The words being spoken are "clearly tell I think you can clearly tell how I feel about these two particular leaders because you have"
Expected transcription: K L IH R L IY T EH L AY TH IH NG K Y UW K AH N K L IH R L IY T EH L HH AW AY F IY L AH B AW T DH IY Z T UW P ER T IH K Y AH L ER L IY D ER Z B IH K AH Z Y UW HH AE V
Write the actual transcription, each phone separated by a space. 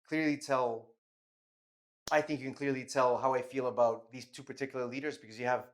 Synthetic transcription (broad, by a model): K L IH R L IY T EH L AY TH IH NG K Y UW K N K L IH R L IY T EH L HH AW AY F IY L AH B AW T DH IY Z T UW P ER T IH K Y L ER L IY D ER Z B IH K AH Z Y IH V